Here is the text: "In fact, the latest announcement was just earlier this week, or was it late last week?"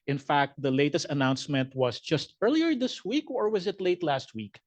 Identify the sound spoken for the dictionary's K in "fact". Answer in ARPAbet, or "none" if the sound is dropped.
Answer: K